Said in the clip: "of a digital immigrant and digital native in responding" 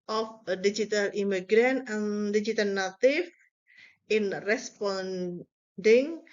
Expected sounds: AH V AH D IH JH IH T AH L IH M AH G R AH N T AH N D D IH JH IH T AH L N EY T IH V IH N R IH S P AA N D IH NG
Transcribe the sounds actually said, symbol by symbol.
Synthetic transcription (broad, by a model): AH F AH D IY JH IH T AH L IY M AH G R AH N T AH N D D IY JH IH T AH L N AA T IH F IH N R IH S P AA N D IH NG